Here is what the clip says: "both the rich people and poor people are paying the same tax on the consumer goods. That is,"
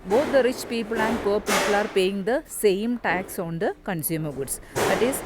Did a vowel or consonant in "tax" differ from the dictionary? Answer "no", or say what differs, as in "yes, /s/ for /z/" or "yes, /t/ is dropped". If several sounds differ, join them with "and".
no